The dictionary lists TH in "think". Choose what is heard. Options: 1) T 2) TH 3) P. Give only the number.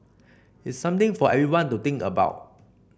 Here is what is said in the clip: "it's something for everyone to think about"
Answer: 1